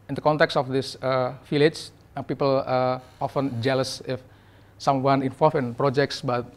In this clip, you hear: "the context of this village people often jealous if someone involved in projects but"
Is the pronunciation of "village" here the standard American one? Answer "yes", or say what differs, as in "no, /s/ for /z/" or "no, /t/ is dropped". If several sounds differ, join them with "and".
no, /f/ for /v/